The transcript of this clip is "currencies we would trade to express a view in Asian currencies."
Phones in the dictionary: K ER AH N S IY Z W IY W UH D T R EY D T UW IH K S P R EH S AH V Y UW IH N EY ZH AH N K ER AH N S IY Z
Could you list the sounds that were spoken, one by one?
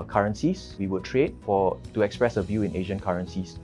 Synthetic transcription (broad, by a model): K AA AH N S IY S W IY W UH D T R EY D T UW IH K S P R EH S AH V Y UW IH N EY ZH AH N K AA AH N S IY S